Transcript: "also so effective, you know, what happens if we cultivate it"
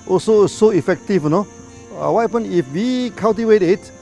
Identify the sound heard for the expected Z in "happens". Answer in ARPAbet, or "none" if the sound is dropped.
none